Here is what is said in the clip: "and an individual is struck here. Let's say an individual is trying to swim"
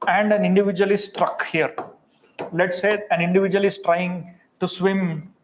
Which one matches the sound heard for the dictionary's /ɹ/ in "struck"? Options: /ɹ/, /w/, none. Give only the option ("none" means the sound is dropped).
/ɹ/